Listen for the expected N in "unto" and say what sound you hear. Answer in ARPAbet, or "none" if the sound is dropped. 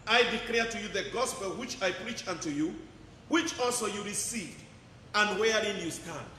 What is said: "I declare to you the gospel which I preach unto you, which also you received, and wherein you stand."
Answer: N